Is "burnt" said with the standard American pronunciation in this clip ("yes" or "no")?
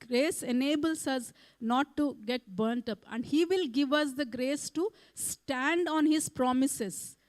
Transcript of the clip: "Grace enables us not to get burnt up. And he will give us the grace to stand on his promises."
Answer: yes